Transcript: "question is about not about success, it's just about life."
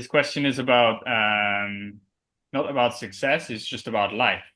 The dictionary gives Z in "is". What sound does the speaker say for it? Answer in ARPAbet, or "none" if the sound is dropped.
Z